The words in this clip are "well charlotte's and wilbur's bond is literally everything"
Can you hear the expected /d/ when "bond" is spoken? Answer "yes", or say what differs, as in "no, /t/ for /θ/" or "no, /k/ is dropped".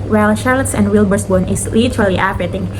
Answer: no, /d/ is dropped